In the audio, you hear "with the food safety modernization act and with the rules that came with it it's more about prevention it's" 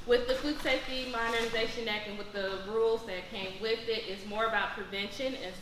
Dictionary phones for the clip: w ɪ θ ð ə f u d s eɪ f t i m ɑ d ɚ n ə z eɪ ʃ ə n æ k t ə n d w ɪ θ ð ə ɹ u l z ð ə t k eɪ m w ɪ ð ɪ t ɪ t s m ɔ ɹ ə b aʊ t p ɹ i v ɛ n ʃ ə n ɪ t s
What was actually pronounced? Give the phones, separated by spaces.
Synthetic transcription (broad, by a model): w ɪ ð ə f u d s eɪ f t i m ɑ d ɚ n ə z eɪ ʃ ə n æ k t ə n w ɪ ð ə ɹ u l z ð ə t k eɪ m w ɪ ð ɪ t ɪ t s m ɔ ɹ ə b aʊ t p ɹ i v ɛ n ʃ ə n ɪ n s